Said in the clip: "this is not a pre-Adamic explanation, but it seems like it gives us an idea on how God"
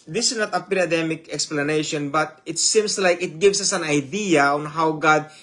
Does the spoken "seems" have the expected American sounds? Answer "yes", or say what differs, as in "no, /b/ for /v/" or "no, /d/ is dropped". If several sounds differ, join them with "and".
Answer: no, /s/ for /z/